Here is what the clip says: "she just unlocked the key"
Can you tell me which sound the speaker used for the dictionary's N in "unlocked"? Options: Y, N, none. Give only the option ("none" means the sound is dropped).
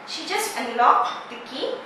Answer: none